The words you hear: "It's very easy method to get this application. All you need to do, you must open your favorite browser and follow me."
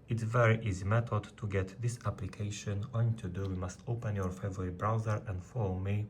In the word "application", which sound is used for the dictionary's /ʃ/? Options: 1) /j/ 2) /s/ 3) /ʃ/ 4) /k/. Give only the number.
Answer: 3